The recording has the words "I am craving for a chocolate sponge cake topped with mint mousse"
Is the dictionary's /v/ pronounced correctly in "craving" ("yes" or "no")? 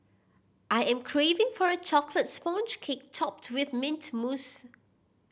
yes